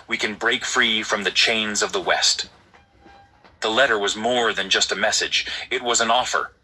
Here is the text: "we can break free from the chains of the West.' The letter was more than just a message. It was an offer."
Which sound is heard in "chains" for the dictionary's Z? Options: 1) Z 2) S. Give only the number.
1